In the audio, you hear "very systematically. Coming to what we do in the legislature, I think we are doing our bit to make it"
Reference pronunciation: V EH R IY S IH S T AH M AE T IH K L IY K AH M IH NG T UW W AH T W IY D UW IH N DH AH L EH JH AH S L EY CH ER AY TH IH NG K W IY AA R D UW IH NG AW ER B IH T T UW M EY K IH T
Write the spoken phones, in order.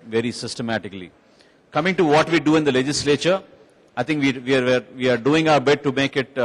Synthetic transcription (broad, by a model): V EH R IY S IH S T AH M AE T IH K L IY K AH M IH NG T UW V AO T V IY D UW IH N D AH L EH JH AH S L EY CH ER AY T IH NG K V IY AA R D UW IH NG AW ER B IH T T UW M EY K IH T